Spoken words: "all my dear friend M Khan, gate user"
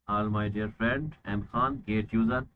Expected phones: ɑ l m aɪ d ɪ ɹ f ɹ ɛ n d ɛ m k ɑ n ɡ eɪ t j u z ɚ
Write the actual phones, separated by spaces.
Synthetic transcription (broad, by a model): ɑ l m aɪ d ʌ ɹ f ɹ ɛ n d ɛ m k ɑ n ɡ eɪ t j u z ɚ